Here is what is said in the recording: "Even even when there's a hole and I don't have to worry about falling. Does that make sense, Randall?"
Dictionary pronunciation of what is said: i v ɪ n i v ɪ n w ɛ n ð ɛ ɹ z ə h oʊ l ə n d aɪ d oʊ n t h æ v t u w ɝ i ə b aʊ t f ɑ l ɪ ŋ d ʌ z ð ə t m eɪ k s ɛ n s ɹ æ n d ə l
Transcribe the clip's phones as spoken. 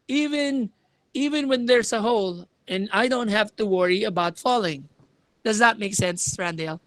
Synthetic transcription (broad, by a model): i v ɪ n i v ɪ n w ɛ n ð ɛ ɹ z ə h oʊ l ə n aɪ d oʊ n t h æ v t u w ɝ i ə b aʊ t f ɑ l ɪ ŋ d ʌ z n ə t m eɪ k s ɛ n s ɹ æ n d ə l